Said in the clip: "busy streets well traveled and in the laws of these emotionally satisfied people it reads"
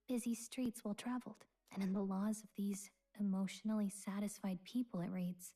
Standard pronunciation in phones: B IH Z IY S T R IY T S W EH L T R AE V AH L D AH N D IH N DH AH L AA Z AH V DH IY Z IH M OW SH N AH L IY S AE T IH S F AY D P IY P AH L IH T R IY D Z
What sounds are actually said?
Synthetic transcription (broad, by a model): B IH Z IY S T R IY T S W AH L T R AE V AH L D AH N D IH N DH AH L AA Z AH V DH IY Z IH M OW SH N L IY S AE T IH S F AY D P IY P L IH T R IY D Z